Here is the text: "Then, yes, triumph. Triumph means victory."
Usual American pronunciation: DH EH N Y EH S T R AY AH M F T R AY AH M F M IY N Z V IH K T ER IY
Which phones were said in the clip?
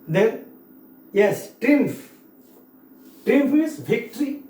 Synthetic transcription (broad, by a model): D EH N Y EH S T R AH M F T R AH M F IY Z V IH K T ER IY